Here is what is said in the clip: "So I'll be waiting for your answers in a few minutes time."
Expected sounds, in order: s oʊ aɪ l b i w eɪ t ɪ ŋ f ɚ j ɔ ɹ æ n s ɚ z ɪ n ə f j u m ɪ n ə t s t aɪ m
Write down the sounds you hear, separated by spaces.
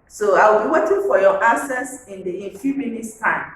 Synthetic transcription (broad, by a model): s oʊ aɪ w b i w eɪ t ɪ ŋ f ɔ j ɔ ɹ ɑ s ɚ s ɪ n ə f j u m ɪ n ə t s t aɪ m